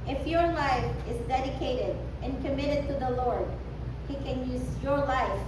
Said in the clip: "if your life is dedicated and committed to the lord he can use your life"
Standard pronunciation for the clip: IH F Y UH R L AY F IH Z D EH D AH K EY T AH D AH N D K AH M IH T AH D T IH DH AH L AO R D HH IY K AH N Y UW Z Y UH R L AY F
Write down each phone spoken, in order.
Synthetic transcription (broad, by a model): IH F Y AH R L AY F IH Z D EH D AH K EY T AH D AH N K AH M IH T AH D T IH DH AH L AO R D HH IY K AH N Y UW Z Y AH R L AY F